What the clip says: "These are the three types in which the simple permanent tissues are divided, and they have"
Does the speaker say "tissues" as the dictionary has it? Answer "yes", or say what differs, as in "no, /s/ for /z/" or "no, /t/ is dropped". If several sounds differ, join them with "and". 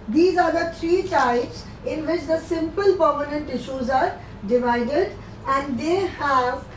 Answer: yes